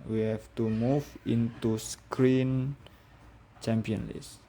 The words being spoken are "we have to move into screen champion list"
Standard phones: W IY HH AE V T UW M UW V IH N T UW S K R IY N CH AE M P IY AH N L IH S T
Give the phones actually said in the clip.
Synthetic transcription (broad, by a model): W IY HH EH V T UW M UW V IH N T UW S K R IY N CH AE M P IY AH N L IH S